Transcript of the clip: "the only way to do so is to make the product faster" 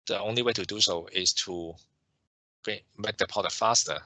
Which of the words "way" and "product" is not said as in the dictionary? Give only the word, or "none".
product